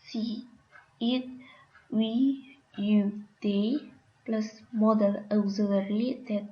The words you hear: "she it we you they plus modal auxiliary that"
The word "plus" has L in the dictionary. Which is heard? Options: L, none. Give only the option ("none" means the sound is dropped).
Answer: L